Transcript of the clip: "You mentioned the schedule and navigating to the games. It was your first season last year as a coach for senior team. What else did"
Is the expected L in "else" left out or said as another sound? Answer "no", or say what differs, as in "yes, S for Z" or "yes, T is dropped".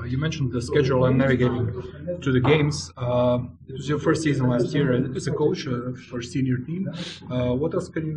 yes, L is dropped